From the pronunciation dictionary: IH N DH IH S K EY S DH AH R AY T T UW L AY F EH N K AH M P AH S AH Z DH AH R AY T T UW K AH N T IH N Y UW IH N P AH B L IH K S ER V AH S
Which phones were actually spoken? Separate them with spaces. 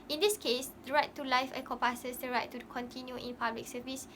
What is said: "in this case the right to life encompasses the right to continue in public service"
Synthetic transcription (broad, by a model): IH N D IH S K EY S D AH R AY T T UW L AY F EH K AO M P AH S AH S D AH R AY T T UW K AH N T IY N Y UW IH N P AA B L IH K S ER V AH S